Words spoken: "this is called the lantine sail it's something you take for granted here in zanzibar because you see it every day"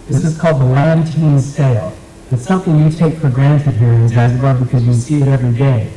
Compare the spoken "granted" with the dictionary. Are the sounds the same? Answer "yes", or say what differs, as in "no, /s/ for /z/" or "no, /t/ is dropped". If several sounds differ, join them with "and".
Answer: yes